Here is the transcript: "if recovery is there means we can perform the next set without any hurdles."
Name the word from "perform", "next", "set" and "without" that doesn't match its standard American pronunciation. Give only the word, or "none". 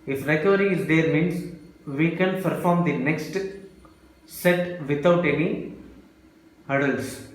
without